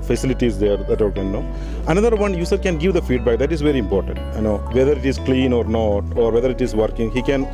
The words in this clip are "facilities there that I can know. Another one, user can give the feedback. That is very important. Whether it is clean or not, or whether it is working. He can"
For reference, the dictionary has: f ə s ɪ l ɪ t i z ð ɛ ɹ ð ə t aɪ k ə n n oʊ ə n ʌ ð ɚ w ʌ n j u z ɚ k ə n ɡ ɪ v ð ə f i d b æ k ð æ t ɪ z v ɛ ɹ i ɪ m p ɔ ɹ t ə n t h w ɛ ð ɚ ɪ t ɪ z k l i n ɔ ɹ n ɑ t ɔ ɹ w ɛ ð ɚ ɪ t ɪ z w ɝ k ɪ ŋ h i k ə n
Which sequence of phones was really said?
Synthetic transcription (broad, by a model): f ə s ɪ l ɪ t i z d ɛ ɹ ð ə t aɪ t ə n n oʊ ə n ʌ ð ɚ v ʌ n j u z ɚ k ə n ɡ ɪ v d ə f i d b æ k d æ t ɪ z v ɛ ɹ i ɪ m p ɔ ɹ t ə n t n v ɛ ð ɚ ɪ t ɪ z k l i n ɔ ɹ n ɑ t ɔ ɹ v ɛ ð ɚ ɪ t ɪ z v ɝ k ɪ ŋ h i k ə n